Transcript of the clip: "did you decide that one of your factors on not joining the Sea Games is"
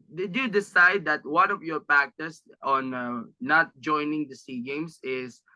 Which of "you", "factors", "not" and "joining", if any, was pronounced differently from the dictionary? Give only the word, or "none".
factors